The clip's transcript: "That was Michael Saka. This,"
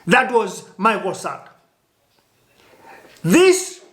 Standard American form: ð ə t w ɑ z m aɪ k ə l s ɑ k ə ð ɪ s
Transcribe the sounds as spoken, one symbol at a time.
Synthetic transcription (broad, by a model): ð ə t w ɑ z m aɪ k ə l s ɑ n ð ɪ s